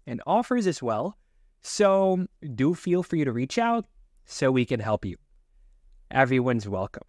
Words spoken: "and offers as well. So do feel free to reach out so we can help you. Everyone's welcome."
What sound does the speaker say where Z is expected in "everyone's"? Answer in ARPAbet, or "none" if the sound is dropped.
Z